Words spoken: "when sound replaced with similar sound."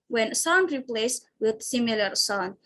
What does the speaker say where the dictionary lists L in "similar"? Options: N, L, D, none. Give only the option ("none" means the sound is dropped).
L